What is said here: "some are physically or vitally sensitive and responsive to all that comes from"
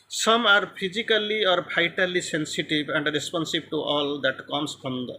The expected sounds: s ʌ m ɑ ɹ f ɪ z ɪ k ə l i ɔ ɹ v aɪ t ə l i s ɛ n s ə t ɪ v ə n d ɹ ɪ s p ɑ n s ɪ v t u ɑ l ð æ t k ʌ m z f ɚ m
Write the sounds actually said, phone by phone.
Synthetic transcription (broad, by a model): s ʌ m ɑ ɹ p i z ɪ k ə l i ɔ ɹ b aɪ t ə l i s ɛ n s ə t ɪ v ə n d ɹ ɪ s p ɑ n s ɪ b t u ɑ l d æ t k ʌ m s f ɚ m